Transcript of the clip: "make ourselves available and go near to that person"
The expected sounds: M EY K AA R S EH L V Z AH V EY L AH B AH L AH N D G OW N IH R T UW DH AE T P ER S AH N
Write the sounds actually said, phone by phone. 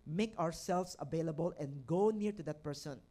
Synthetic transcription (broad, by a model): M EY K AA R S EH L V S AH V EY L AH B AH L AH N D G OW N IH R T UW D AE T P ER S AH N